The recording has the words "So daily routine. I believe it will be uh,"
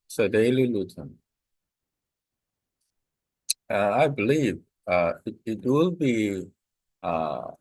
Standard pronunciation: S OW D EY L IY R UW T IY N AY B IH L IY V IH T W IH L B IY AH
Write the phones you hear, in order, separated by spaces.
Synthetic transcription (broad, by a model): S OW D EY L IY L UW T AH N AY B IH L IY V IH T W IH L B IY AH